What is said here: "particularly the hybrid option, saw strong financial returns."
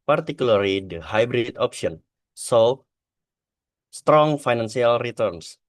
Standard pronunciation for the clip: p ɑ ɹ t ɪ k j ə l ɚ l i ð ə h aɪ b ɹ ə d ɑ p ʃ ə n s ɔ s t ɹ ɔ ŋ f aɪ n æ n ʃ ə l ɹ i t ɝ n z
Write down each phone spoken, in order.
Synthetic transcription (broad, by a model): p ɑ ɹ t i k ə l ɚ l i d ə h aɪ b ɹ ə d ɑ p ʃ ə n s ɔ s t ɹ ɔ ŋ f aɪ n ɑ n s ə l ɹ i t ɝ n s